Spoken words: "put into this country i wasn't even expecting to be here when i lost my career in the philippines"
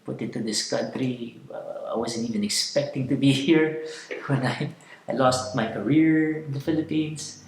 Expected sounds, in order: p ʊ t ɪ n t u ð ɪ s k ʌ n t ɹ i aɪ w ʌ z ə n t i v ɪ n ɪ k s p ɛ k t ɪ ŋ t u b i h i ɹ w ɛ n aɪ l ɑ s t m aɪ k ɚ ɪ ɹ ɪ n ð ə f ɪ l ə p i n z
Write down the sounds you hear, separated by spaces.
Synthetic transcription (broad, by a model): p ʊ t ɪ t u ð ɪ s k ʌ n t ɹ i aɪ w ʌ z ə n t i v ɪ n ɪ k s p ɛ k t ɪ ŋ t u b i h i ɹ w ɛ n aɪ l ɑ s t m aɪ k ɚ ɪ ɹ ɪ n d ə f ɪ l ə p i n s